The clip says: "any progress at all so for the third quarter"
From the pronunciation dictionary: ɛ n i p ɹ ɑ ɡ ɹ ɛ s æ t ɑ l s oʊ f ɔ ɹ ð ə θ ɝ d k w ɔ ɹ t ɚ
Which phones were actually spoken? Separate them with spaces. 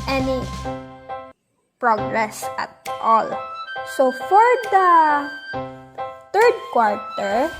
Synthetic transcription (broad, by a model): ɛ n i p ɹ ɑ ɡ ɹ ɛ s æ t ɑ l s oʊ f ɔ ɹ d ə t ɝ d k w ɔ ɹ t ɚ